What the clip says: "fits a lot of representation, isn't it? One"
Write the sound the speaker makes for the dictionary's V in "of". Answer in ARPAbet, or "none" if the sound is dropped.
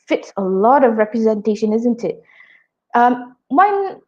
V